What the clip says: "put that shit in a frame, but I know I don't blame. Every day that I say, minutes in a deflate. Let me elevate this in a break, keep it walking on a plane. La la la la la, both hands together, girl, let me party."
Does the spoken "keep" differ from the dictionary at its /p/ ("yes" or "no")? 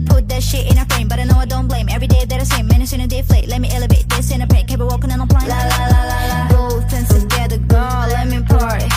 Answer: yes